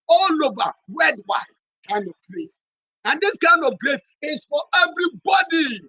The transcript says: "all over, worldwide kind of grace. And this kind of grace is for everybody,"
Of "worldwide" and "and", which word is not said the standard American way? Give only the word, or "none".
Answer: worldwide